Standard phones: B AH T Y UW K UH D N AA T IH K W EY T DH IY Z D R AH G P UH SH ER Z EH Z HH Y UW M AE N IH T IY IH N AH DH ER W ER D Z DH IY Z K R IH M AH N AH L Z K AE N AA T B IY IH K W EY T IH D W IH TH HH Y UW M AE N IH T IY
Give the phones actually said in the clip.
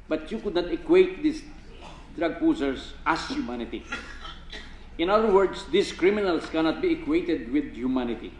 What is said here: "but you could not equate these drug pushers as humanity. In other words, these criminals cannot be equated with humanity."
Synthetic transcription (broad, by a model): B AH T Y UW K UH D N AA T IH K W EY T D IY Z D R AH G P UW S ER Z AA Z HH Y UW M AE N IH T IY IH N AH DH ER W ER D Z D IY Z K R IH M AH N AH L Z K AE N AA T B IY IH K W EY T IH D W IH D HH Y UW M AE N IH T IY